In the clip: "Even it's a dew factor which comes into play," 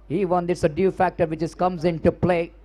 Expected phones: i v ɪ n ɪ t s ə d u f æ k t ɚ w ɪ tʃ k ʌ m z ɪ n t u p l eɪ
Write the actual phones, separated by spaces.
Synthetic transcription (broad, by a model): i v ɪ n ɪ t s ə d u f æ k t ɚ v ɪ s k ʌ m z ɪ n t u p l eɪ